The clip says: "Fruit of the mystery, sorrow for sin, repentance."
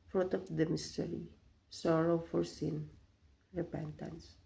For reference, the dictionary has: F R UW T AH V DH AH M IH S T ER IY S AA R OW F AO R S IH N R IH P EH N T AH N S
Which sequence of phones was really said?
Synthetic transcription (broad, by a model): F R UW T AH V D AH M IH S T ER IY S AA R OW F AO R S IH N R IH P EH N T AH N S